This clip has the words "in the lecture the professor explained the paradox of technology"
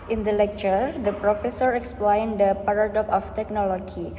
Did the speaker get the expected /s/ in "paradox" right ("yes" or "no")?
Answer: no